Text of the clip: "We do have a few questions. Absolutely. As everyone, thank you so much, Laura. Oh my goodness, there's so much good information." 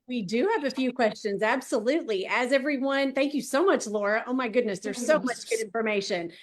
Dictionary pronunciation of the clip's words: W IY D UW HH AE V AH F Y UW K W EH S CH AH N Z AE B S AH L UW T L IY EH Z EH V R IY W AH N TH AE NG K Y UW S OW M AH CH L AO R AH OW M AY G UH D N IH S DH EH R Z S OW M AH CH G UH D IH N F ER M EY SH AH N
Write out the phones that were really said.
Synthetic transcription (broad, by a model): W IY D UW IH V AH F Y UW K W EH S CH AH N Z AE B S AH L UW T L IY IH Z EH V R IY W AH N TH AE NG K Y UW S OW M AH CH L AO R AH OW M AY G UH D N IH S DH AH R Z S OW M AH CH G UH D IH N F ER M EY SH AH N